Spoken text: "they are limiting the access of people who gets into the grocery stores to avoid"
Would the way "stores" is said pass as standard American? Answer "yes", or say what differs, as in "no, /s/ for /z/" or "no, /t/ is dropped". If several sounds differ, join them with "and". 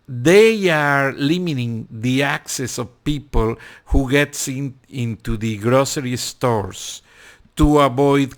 no, /s/ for /z/